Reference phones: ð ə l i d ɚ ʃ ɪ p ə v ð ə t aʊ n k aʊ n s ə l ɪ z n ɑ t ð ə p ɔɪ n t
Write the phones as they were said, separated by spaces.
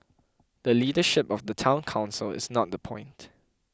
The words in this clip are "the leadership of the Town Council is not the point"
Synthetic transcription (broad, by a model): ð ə l i d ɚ ʃ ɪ p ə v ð ə t aʊ n k aʊ n s ə l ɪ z n ɑ t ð ə p ɔɪ n t